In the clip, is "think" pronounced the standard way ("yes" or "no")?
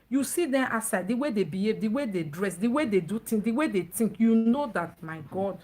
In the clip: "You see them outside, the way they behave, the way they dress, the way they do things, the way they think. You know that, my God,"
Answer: no